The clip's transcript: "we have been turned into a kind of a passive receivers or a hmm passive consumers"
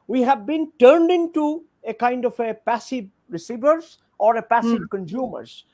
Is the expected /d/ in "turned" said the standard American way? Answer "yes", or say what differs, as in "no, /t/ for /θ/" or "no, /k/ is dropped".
yes